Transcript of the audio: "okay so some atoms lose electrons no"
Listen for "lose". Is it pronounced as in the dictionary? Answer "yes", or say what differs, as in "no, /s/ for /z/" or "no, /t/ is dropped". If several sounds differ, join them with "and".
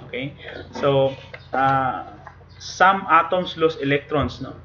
no, /s/ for /z/